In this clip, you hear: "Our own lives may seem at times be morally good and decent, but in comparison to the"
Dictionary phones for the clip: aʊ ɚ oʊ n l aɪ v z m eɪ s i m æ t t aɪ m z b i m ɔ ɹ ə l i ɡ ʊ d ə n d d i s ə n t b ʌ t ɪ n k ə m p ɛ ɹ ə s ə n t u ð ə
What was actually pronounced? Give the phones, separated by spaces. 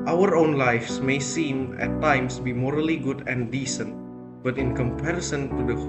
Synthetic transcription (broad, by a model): aʊ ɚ oʊ n l aɪ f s m eɪ s i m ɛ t t aɪ m s b i m ɔ ɹ ə l i ɡ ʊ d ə n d d i s ə n t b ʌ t ɪ n k ə m p ɛ ɹ ə s ə n t u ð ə